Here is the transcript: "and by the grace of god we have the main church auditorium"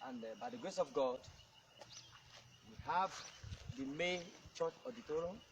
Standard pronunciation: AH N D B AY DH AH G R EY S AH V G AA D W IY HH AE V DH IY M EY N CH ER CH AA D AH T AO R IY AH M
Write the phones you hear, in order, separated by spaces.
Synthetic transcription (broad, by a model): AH N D B AY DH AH G R EY S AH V G AA D W IY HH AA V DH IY M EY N CH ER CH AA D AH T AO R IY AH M